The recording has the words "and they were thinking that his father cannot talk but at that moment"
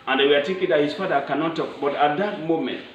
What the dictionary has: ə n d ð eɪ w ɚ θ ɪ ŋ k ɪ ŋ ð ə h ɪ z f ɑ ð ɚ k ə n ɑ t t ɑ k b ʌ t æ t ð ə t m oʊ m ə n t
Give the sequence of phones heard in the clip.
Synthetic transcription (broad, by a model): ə n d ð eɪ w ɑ t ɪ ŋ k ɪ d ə h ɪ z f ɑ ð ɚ k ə n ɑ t t ɑ k b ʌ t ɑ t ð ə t m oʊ m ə n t